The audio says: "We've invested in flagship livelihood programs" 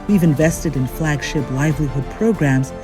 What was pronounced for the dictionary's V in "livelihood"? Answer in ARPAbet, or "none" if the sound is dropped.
V